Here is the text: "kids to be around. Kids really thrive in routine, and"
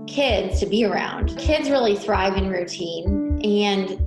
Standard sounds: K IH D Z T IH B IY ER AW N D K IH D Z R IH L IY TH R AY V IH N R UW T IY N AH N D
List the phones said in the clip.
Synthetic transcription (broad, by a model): K IH D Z T IH B IY ER AW N D K IH D Z R IH L IY TH R AY V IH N R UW T IY N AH N